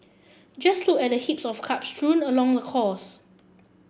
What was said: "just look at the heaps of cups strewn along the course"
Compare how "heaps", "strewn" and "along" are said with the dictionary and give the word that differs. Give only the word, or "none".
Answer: none